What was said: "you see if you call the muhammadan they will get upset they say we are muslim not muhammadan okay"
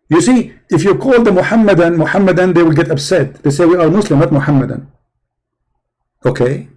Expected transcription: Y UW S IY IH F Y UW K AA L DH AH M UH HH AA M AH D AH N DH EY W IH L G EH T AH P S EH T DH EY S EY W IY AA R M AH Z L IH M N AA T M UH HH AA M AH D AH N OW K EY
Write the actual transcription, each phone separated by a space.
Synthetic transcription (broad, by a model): Y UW S IY IH F Y UW K AA L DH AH M UH HH AA M AH D AH N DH EY W IH L G EH T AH B S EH T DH EY S EY W IY AA R M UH S L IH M N AA T M UH HH AA M AH D AH N OW K EY